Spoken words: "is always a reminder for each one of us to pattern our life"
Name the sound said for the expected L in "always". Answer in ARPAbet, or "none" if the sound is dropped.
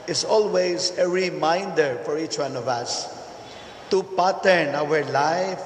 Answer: L